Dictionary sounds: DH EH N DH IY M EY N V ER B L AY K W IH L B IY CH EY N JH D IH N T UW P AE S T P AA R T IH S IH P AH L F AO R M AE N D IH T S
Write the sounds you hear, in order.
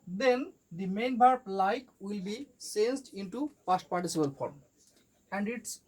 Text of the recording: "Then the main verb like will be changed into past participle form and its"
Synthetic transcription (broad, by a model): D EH N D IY M EY N B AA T L AY K W IH L B IY S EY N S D IH N T UW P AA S T P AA R T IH S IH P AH L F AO R M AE N D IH T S